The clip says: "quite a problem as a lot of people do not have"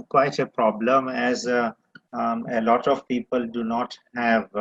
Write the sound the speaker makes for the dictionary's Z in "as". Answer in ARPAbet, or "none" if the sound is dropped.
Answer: Z